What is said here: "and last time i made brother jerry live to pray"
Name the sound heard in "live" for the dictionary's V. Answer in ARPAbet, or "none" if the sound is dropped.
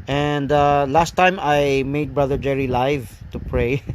V